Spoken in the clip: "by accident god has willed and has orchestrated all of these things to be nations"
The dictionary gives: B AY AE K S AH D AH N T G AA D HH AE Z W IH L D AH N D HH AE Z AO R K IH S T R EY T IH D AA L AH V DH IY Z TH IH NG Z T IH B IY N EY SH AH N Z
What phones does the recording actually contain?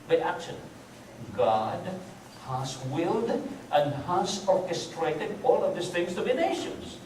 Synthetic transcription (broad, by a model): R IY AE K SH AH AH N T G AA D HH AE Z W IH L D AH N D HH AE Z AO R K IH S T R EY T IH D AA L AH V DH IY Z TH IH NG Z T IH B IY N EY SH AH N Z